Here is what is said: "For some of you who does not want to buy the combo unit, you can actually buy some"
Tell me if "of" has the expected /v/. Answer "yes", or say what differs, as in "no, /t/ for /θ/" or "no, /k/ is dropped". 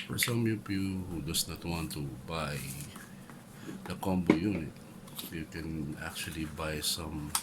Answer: no, /p/ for /v/